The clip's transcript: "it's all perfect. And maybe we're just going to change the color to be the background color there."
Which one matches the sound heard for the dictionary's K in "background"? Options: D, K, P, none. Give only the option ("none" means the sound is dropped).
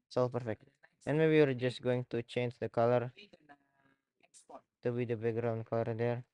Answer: none